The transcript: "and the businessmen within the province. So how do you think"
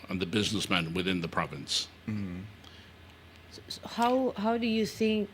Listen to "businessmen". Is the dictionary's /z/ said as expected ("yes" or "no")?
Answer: yes